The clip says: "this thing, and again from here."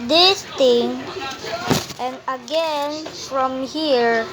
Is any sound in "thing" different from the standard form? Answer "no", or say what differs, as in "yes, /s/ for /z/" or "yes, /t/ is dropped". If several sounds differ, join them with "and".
yes, /t/ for /θ/